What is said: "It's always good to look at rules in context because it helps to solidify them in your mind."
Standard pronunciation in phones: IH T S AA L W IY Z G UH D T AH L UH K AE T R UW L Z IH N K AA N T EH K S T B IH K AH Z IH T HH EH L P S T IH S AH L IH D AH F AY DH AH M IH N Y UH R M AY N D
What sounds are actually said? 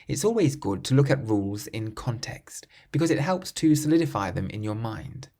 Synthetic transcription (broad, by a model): IH T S AA L W IY Z G UH D T AH L UH K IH T R UW L Z IH N K AA N T EH K S T B IH K AH Z IH T HH EH L P S T IH S AH L IH D AH F AY DH AH M IH N Y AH R M AY N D